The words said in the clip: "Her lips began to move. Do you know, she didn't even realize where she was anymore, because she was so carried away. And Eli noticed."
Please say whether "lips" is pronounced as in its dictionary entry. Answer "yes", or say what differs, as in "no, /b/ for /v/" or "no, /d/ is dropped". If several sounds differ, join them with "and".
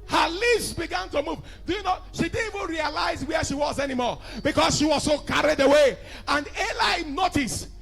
no, /p/ is dropped